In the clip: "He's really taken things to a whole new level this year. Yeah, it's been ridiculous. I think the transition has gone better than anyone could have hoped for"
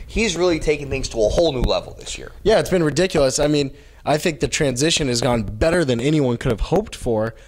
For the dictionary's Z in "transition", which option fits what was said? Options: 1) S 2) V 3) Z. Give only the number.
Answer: 3